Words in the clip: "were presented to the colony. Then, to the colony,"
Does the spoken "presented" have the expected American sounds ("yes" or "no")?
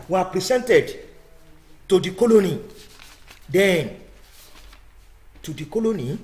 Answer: no